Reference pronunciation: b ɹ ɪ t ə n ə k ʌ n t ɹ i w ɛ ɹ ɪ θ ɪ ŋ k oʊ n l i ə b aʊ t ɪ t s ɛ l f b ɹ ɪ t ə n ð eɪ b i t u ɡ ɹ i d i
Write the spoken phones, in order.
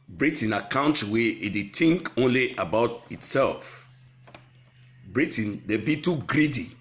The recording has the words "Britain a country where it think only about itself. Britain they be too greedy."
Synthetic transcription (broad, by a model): b ɹ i t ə n ə k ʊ n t w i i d ɪ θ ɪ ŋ k oʊ n l i ə b aʊ t ɪ t s ɛ l f b ɹ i t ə n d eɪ b i t u ɡ ɹ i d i